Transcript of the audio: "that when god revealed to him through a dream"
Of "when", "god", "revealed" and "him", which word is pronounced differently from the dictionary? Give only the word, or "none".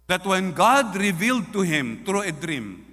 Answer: none